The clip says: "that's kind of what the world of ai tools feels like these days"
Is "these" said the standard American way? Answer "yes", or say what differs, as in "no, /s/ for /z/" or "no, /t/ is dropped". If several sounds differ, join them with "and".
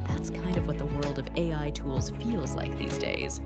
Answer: yes